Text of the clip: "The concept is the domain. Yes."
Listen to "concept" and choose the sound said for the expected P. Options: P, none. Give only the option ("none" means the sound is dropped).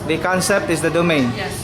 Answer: P